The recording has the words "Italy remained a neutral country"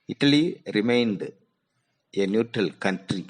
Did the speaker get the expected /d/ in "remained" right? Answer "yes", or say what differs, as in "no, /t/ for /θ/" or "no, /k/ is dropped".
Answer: yes